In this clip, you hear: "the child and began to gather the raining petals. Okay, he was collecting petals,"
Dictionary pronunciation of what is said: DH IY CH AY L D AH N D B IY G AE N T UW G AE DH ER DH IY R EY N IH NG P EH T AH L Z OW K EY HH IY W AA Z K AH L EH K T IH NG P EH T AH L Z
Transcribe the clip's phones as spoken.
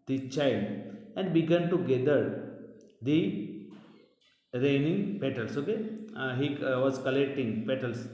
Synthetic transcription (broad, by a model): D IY CH AY L D AH N D B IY G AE N T UW G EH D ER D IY R EY N IH NG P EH T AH L S OW K EY HH IY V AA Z K AH L EH K T IH NG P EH T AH L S